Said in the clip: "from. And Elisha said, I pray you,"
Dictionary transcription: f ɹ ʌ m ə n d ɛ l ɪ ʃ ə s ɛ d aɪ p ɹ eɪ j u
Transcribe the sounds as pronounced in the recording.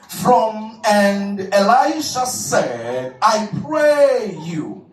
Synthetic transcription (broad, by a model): f ɹ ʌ m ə n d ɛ l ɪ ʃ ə s ɛ d aɪ p ɹ eɪ j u